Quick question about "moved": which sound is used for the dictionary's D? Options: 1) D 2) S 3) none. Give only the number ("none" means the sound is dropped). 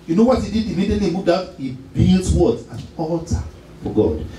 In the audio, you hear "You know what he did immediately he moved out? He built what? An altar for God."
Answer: 1